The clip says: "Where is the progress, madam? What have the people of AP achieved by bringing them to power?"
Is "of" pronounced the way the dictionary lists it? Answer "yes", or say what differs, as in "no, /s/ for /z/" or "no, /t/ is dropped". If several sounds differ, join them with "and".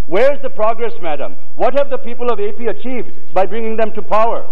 yes